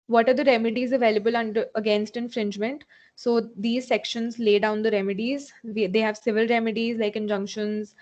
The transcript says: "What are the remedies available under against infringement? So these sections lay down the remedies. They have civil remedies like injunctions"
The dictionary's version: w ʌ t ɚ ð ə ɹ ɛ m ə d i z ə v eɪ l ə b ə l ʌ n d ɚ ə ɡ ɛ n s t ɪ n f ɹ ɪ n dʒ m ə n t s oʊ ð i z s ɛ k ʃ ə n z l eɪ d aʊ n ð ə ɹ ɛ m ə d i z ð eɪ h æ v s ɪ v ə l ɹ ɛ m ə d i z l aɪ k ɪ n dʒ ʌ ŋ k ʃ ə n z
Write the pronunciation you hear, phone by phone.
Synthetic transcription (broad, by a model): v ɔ t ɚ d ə ɹ ɛ m ə d i z ə v eɪ l ə b ə l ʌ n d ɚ ə ɡ ɛ n s t ɪ n f ɹ ɪ n dʒ m ə n t s oʊ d i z s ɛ k ʃ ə n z l eɪ d aʊ n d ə ɹ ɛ m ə d i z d eɪ h æ v s ɪ v ə l ɹ ɛ m ə d i z l aɪ k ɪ n dʒ ʌ ŋ k ʃ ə n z